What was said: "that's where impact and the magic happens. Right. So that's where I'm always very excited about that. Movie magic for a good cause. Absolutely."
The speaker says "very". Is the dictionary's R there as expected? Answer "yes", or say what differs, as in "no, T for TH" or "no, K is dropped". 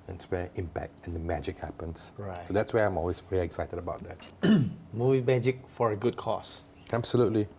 no, L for R